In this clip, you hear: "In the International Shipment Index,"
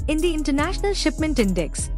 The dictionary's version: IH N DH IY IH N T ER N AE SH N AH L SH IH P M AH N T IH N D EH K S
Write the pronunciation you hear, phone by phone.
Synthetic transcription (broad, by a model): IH N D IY IH N T ER N AE SH N AH L SH IH P M AH N T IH N D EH K S